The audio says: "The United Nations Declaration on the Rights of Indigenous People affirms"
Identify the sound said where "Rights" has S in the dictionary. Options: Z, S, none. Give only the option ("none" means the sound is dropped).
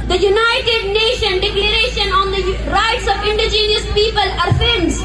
S